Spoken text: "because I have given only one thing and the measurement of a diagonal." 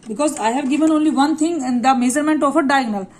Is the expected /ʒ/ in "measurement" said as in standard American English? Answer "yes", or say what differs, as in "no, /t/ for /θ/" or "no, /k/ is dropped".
no, /z/ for /ʒ/